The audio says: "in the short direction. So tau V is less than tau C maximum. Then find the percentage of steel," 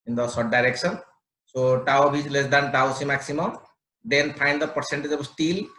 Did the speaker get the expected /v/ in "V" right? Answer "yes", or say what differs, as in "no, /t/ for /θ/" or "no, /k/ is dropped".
no, /b/ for /v/